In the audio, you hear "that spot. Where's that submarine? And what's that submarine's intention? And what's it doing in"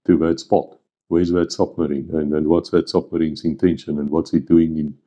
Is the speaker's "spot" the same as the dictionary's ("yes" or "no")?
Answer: yes